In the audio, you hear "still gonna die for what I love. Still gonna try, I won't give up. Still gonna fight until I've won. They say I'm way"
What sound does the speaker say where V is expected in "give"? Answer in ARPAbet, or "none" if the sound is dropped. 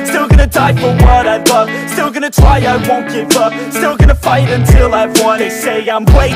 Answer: B